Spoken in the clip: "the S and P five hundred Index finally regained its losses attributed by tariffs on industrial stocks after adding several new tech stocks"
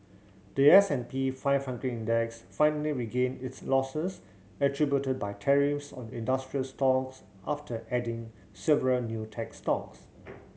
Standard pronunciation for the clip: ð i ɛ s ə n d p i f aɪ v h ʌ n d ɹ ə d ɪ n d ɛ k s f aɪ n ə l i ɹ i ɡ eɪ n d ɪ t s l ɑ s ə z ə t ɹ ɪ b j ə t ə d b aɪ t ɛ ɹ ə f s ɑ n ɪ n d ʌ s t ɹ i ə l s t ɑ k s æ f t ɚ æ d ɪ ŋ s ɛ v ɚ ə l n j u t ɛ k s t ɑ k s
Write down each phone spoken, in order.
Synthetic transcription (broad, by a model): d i ɛ s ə n p i f aɪ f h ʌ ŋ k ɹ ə ɪ n d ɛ k s f aɪ n ə l i ɹ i ɡ eɪ n ɪ t s l ɑ s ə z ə t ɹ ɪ b j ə t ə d b aɪ t ɛ ɹ ə f s ɑ n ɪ n d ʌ s t ɹ i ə l s t ɑ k s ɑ f t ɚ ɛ d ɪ ŋ s ɛ v ɚ ə l n j u t ɛ k s t ɑ k s